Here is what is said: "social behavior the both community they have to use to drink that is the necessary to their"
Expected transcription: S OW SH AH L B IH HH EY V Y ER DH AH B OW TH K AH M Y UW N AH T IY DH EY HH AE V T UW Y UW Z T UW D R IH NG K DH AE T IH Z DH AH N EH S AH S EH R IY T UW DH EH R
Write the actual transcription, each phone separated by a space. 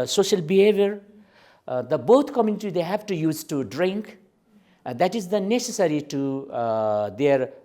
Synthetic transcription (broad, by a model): S OW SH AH L B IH HH EY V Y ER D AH B OW T K AH M Y UW N AH T IY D EY HH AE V T UW Y UW Z T UW D R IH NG K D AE T IH Z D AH N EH S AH S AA R IY T UW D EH R